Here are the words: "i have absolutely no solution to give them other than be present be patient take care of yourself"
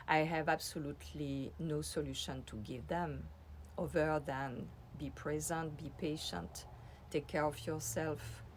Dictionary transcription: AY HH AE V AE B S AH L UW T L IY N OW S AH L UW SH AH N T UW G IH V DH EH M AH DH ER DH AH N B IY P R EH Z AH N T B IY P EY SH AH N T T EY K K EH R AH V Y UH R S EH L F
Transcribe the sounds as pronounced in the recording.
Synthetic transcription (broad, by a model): AY HH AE V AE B S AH L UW T L IY N OW S AH L UW SH AH N T UW G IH V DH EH M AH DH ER DH AH N B IY P R EH Z AH N T B IY P EY SH AH N T T EY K K EH R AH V Y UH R S EH L F